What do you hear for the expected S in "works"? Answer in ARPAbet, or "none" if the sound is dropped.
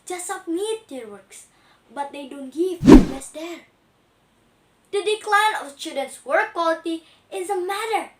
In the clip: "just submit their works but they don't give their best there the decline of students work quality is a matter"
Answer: S